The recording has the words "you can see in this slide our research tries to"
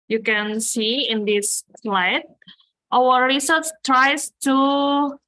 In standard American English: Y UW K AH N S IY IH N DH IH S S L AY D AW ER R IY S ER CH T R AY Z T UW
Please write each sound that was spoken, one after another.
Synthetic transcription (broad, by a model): Y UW K AH N S IY IH N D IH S S L AY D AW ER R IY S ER S T R AY S T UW